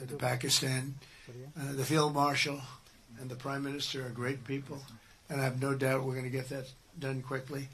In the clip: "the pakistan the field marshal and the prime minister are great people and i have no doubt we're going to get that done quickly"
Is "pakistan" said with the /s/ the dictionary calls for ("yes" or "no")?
yes